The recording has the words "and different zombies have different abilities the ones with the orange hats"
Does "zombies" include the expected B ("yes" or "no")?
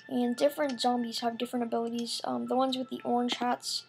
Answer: yes